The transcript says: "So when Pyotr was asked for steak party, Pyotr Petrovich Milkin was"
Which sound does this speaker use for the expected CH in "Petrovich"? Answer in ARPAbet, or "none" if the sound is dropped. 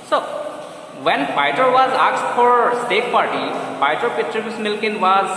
S